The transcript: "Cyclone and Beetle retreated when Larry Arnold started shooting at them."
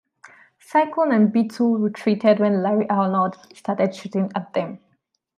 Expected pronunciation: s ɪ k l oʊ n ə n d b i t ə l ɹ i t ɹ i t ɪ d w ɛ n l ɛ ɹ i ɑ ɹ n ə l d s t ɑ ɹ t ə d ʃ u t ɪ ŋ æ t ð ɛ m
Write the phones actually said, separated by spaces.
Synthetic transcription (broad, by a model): s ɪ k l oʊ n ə n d b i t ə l ɹ i t ɹ i t ɪ d w ɛ n l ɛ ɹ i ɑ l n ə d s t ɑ t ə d ʃ u t ɪ ŋ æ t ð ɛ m